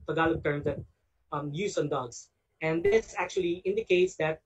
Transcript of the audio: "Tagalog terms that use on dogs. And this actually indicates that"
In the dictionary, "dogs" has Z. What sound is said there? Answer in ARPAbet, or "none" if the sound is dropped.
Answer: S